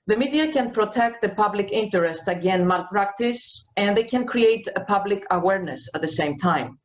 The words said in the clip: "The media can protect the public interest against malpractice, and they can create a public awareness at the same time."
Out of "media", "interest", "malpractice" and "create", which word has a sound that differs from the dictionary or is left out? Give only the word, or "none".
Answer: none